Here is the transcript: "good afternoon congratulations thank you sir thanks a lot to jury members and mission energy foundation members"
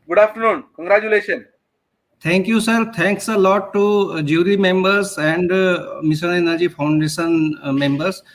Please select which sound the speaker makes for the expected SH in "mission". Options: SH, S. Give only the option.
S